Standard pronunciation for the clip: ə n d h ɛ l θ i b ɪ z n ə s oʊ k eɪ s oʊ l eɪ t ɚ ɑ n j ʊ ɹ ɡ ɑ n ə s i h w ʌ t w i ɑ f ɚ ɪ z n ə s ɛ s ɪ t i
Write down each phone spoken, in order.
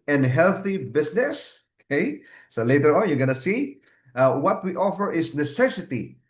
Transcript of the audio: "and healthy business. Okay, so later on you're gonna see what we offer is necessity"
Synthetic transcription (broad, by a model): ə n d h ɛ l θ i b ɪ s n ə s oʊ k eɪ s oʊ l eɪ t ɚ ɑ n j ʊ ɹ ɡ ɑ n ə s i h w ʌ t w i ɑ f ɚ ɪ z n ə s ɛ s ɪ t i